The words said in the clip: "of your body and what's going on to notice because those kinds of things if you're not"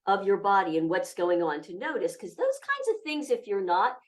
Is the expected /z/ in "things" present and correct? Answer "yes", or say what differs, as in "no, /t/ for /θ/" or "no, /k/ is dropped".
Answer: yes